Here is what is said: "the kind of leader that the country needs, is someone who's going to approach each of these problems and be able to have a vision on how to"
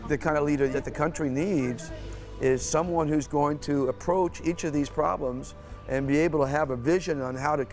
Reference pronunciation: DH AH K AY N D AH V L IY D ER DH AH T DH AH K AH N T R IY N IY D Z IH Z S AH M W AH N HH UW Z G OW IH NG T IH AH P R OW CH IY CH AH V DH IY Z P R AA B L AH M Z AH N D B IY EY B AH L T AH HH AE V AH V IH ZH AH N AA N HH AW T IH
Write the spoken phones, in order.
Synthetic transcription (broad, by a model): DH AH K AY N D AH L IY D ER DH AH T DH AH K AH N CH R IY N IY D Z IH Z S AH M W AH N HH UW Z G OW IH NG T IH AH P R OW CH IY CH AH V DH IY Z P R AA B L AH M Z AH N B IY EY B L T AH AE V AH V IH ZH AH N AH N HH AW T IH